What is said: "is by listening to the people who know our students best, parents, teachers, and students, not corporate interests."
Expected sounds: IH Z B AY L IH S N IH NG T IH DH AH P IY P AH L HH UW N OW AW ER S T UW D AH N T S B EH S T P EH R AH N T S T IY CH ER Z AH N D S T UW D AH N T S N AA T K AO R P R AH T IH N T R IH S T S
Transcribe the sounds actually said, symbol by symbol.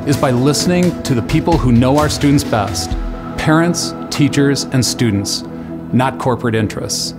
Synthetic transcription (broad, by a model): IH Z B AY L IH S N IH NG T IH DH AH P IY P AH L HH UW N OW AW ER S T UW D N T S B EH S T P EH R AH N T S T IY CH ER Z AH N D S T UW D N T S N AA T K AO R P R AH T IH N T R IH S T S